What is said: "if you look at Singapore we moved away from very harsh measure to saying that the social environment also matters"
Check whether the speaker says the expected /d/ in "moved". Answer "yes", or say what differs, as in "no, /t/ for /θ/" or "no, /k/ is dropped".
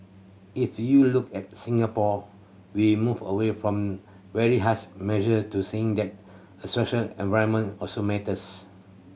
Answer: no, /d/ is dropped